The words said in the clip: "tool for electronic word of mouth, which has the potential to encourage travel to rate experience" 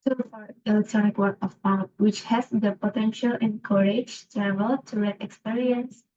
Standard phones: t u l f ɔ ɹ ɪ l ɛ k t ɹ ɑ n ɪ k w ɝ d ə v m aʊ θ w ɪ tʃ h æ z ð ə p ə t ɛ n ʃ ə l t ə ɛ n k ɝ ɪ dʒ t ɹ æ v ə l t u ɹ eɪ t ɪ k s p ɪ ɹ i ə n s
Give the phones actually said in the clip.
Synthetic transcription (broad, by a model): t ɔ f ɔ ɹ ɪ l ɛ k t ɹ ɑ n ɪ k w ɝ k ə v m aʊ t w ɪ tʃ h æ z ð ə p ə t ɛ n ʃ ə l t ɛ n k ɝ ɪ dʒ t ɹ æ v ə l t u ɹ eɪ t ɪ k s p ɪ ɹ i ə n s